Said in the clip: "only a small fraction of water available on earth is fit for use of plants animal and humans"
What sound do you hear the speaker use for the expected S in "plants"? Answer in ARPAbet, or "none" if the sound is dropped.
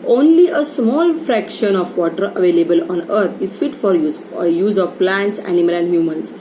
S